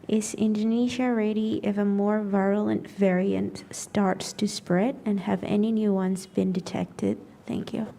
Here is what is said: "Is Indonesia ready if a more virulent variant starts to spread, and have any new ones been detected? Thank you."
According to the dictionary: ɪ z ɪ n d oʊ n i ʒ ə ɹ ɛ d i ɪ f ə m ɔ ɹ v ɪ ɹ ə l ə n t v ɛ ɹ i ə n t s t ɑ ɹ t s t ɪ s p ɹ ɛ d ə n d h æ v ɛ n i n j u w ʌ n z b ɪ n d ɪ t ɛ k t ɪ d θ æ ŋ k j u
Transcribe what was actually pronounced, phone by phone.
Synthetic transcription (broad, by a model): ɪ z ɪ n d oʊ n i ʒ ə ɹ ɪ d i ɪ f ə m ɔ ɹ v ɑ ə l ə n t v ɛ ɹ i ə n t s t ɑ ɹ t s t ɪ s p ɹ ɛ d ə n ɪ v ɛ n i n j u w ʌ n z b ɪ n d ɪ t ɛ k t ɪ d θ æ ŋ k j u